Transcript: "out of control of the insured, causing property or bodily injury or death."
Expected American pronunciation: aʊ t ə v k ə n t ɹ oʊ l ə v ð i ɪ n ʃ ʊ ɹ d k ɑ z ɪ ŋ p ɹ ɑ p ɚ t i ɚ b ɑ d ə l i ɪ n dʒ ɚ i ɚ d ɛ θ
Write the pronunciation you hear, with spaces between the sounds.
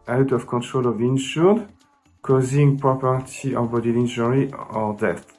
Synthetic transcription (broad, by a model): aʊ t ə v k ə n t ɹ oʊ l ə v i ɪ n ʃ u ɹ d k ɑ z ɪ ŋ p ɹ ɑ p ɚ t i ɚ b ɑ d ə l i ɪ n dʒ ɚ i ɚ d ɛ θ